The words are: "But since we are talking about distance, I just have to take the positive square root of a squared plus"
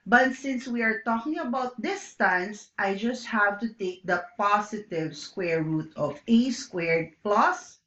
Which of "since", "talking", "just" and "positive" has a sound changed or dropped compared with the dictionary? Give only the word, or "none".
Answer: positive